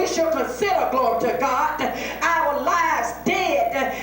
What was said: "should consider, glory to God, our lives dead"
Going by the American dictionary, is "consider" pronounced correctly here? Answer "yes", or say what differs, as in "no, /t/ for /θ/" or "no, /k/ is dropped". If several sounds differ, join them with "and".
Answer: no, /n/ is dropped